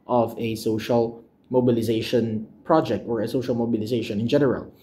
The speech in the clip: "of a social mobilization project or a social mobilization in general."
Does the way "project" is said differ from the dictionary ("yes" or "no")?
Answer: no